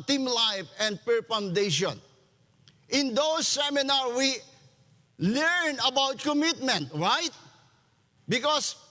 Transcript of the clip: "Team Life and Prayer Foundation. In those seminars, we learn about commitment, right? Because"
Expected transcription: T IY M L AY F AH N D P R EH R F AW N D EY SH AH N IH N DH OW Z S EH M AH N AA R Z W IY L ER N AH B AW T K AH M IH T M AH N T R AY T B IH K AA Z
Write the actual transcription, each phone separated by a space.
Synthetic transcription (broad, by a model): T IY M L AY F AH N D P EH R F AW N D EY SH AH N IH N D OW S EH M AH N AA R W IY L ER N AH B AW T K AH M IH T M AH N T R AY T B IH K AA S